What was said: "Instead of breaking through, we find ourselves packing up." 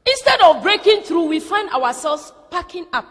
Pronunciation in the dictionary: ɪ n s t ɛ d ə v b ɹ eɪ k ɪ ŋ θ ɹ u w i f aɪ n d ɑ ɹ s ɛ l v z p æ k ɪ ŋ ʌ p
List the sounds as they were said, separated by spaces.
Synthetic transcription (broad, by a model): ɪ n s t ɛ d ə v b ɹ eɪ k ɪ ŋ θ ɹ u w i f aɪ n d ɑ w s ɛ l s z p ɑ k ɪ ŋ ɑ p